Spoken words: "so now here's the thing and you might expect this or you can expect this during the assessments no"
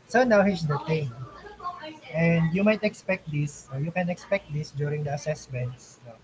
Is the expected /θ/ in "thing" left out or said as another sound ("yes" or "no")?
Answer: yes